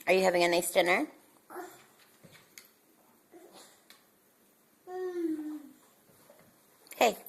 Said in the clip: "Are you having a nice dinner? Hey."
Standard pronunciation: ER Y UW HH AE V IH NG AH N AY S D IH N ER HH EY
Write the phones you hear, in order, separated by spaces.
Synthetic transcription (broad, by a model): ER Y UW HH AE V IH NG AH N AY S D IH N ER HH EY